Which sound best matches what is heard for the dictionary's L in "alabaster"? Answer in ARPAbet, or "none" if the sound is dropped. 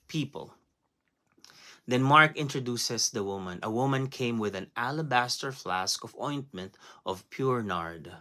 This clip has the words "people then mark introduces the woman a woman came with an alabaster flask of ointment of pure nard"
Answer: L